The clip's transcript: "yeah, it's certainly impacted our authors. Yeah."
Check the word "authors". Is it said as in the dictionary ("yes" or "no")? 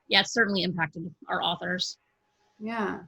yes